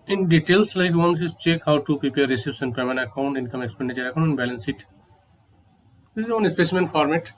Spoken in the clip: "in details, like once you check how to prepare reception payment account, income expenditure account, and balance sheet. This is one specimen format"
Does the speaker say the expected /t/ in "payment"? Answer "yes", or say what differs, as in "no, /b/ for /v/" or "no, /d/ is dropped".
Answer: no, /t/ is dropped